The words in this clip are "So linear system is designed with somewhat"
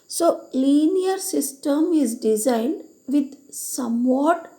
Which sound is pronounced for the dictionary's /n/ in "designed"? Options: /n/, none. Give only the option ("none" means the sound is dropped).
/n/